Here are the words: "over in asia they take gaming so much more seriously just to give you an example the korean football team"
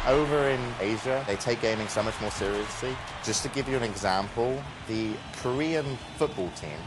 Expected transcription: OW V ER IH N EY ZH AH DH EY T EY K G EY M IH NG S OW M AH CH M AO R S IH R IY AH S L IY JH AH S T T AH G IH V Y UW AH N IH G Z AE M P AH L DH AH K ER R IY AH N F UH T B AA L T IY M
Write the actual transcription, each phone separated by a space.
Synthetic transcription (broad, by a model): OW V ER IH N EY ZH AH DH EY T EY K G EY M IH NG S OW M AH CH M AO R S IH R IY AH S L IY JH AH S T T AH G IH V Y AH AH N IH G Z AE M P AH L DH AH K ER R IY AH N F UH T B AA L T IY M